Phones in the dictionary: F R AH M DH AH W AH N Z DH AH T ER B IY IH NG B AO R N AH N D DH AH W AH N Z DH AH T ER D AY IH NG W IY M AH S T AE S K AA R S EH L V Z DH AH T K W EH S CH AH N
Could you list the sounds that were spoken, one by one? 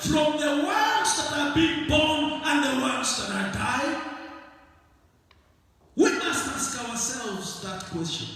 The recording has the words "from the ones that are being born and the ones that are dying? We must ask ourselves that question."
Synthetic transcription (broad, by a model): F R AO M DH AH W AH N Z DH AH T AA B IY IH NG B AO N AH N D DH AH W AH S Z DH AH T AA D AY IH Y W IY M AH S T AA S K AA W S EH L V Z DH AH T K W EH S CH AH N